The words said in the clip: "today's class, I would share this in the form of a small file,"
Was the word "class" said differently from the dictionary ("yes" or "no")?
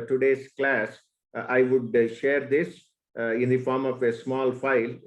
no